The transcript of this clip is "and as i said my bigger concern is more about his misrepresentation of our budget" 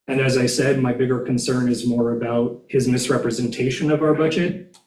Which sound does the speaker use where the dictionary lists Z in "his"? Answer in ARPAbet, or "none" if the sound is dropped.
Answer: Z